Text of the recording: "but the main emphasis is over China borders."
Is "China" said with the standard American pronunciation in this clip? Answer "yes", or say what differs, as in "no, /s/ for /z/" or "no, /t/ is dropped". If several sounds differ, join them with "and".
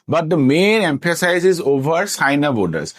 no, /s/ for /tʃ/